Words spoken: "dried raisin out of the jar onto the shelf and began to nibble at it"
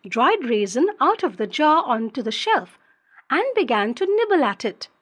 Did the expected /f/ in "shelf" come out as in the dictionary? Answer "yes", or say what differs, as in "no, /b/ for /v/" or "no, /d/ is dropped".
yes